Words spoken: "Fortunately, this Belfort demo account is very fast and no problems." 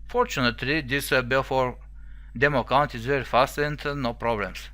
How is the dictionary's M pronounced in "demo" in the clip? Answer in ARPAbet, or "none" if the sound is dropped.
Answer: M